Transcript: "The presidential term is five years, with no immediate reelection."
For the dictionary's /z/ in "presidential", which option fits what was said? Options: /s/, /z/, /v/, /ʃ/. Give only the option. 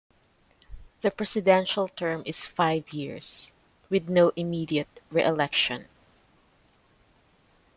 /s/